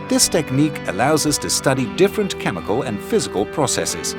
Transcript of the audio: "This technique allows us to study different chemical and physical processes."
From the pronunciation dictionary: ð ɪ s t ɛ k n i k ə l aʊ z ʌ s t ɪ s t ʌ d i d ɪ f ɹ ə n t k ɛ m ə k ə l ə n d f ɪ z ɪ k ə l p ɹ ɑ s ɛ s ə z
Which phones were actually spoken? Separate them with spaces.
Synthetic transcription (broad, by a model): ð ɪ s t ɛ k n i k ə l aʊ z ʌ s t ɪ s t ʌ d i d ɪ f ɹ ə n k ɛ m ə k ə l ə n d f ɪ z ɪ k ə l p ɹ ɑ s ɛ s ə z